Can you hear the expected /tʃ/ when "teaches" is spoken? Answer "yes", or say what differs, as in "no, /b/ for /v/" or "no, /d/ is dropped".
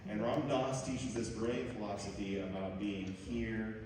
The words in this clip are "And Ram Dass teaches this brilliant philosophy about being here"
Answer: yes